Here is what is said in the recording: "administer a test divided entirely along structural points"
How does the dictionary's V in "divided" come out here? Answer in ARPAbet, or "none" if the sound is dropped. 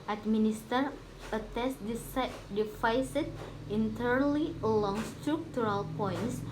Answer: F